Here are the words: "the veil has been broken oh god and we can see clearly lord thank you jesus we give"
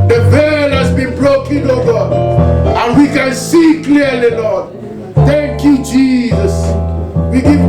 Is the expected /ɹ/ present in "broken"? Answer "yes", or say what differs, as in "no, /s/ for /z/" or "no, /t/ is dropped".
no, /l/ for /ɹ/